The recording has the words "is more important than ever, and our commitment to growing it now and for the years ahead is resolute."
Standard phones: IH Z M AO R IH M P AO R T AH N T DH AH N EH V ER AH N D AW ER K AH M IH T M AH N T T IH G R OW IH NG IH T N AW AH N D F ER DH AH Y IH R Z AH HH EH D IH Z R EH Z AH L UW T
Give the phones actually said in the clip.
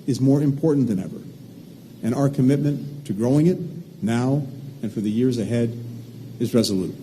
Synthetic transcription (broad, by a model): IH Z M AO R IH M P AO R T N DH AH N EH V ER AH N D AW ER K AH M IH T M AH N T T IH G R OW IH NG IH T N AW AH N F ER DH AH Y IH R Z AH HH EH D IH Z R EH Z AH L UW T